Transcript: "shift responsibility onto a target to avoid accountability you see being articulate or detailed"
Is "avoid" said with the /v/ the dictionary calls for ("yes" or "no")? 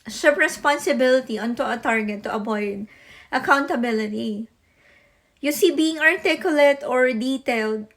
no